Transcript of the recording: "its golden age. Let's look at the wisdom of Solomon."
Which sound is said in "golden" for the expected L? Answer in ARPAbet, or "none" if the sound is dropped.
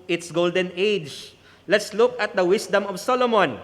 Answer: L